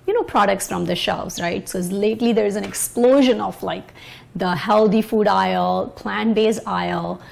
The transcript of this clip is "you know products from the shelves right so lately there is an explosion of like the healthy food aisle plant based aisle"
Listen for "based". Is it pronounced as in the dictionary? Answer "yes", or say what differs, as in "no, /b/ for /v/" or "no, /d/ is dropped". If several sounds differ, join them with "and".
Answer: no, /t/ is dropped